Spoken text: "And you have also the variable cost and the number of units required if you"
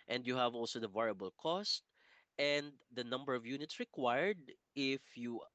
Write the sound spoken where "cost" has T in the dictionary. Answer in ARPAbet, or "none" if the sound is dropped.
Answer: T